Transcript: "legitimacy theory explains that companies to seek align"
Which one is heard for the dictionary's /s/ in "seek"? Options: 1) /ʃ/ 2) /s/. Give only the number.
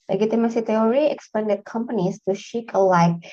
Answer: 1